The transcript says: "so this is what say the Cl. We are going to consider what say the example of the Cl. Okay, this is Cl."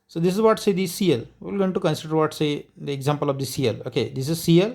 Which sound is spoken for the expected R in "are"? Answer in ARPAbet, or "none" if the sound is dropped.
L